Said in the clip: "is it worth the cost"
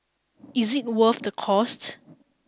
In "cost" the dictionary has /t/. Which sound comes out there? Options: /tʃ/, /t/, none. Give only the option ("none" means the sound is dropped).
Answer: /t/